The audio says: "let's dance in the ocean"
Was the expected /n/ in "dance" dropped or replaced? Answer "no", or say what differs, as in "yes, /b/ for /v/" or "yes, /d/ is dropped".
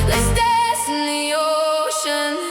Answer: yes, /n/ is dropped